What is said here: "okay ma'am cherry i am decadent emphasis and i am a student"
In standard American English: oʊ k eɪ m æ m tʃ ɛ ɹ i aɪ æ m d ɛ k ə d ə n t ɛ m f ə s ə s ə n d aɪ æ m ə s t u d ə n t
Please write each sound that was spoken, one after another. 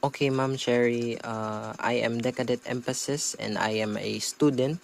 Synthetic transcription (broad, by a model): oʊ k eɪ m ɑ m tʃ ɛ ɹ i aɪ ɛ m d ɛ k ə d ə t ɛ m f ə s ə s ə n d aɪ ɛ m ə s t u d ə n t